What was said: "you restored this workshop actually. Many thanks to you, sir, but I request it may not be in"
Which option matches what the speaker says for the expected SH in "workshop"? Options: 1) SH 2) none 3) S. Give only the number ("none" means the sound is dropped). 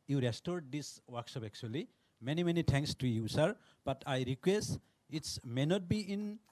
3